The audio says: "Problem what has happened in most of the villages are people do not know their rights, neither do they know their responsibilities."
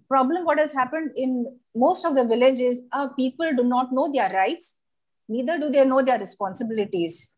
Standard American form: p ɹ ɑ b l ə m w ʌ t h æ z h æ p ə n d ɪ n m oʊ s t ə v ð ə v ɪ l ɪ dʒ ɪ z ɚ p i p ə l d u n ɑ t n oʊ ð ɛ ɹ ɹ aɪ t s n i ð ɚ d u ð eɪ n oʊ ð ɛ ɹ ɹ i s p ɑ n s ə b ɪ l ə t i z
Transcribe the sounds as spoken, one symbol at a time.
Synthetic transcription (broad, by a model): p ɹ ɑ b l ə m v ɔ t h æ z h æ p ə n d ɪ n m oʊ s t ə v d ə v ɪ l ɪ dʒ ɪ z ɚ p i p ə l d u n ɑ t n oʊ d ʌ ɹ ɹ aɪ t s n i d ɚ d u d eɪ n oʊ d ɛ ɹ ɹ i s p ɑ n s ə b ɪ l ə t i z